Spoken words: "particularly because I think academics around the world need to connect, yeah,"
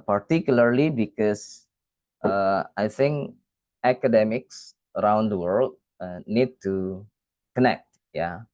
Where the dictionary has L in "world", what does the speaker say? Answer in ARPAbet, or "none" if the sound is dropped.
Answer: L